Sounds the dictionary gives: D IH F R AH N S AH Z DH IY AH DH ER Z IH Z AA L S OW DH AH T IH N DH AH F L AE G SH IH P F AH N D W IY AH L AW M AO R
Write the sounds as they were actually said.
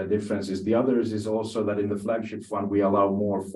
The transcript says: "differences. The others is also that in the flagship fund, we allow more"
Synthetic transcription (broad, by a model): D IH F R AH N S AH Z DH IY AH DH ER Z IH Z AA L S OW DH AH T IH N DH AH F L AE G SH IH P F AH N D W IY AH L AW M AO R